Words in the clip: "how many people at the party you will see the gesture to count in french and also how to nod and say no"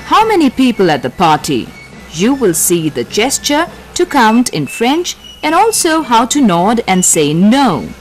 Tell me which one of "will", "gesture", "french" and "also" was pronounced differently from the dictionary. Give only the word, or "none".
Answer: none